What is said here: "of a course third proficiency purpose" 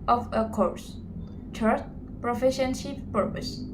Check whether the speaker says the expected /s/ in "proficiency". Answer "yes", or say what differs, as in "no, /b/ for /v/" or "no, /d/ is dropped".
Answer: no, /ʃ/ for /s/